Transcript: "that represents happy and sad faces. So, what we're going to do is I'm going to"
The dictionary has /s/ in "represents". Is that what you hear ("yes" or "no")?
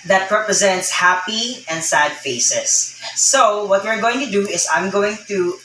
yes